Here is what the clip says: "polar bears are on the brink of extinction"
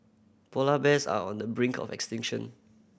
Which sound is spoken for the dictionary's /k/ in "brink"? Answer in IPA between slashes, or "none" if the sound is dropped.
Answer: /k/